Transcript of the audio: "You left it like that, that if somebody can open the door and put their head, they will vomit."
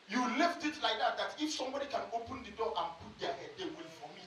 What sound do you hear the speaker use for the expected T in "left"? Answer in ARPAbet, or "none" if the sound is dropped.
T